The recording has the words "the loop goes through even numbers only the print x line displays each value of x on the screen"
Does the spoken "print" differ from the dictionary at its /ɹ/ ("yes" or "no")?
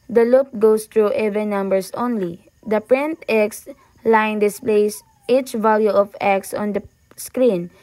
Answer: no